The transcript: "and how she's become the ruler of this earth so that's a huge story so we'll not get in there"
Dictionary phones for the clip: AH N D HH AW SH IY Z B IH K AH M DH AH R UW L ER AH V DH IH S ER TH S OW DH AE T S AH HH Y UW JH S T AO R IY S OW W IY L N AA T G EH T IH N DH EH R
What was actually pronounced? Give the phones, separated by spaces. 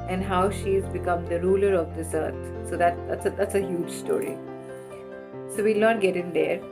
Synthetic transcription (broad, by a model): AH N D HH AW SH IY Z B IH K AH M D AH R UW L ER AH V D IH S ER T S OW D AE T S AH HH Y UW JH S T AO R IY S OW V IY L N AA T G EH T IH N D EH R